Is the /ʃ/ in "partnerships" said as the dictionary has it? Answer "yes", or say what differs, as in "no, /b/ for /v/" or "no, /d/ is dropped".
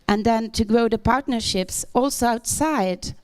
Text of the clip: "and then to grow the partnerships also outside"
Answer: yes